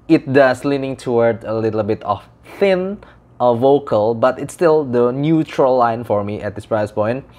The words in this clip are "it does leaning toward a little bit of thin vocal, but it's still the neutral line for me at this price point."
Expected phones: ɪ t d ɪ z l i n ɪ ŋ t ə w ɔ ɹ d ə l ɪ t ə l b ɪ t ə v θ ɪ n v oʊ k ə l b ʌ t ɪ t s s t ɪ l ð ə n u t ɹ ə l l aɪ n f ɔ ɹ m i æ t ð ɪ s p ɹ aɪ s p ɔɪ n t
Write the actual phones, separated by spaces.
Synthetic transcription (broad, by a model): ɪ t d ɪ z l i n ɪ ŋ t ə w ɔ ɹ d ə l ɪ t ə l b ɪ t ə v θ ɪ n v oʊ k ə l b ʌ t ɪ t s s t ɪ l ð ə n u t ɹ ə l l aɪ n f ɔ ɹ m i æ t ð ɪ s p ɹ aɪ s p ɔɪ n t